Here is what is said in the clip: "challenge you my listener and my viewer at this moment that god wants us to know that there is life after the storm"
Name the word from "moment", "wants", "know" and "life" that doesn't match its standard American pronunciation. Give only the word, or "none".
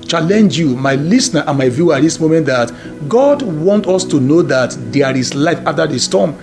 wants